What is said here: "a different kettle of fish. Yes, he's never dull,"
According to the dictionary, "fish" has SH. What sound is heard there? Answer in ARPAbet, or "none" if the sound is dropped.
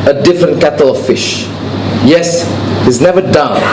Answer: SH